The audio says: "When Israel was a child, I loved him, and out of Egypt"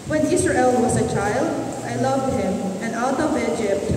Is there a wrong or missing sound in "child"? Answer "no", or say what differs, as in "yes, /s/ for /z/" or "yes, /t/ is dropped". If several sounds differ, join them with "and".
no